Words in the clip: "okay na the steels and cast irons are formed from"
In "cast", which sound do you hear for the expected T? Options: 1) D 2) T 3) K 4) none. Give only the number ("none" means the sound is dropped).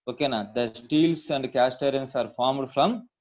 2